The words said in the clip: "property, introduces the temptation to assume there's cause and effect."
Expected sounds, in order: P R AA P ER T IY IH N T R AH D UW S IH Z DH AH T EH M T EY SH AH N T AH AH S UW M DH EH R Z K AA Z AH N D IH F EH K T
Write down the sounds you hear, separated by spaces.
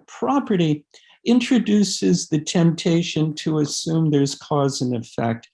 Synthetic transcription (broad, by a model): P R AA P ER T IY IH N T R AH D UW S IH Z DH AH T EH M T EY SH AH N T AH AH S UW M DH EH R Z K AA Z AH N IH F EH K T